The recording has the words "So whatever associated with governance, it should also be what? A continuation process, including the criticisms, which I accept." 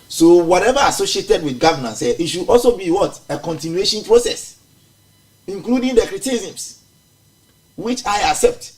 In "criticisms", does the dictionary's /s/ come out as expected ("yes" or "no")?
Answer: no